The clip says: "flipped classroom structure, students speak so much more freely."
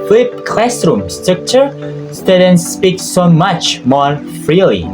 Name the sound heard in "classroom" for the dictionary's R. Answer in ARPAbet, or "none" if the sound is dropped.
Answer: R